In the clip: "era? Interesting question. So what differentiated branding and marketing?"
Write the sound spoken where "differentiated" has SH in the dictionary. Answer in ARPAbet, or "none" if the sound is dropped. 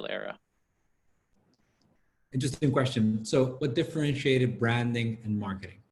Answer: SH